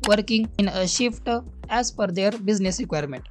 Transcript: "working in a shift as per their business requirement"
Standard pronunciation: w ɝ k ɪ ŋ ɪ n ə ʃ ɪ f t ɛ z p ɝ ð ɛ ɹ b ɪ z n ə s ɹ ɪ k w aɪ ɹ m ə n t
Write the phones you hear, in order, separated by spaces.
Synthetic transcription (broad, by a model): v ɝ k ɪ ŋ ɪ n ə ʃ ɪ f t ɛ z f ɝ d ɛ ɹ b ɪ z n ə s ɹ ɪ k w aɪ ɹ m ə n t